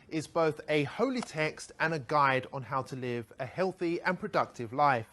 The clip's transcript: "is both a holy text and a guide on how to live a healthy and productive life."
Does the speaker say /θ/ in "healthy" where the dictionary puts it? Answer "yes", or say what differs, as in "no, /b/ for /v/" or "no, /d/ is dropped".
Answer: yes